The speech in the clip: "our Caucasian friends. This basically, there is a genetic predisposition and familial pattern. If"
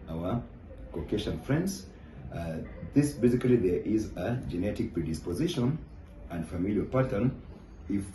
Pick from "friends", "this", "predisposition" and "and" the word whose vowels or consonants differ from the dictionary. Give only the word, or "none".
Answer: none